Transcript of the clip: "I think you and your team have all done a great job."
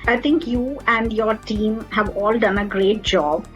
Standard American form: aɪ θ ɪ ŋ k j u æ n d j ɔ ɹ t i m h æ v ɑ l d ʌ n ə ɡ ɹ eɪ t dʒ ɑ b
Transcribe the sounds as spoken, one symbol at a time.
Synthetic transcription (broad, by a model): aɪ t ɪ ŋ k j u æ n d j ɔ ɹ t i m h æ v ɑ l d ʌ n ə ɡ ɹ eɪ t dʒ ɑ b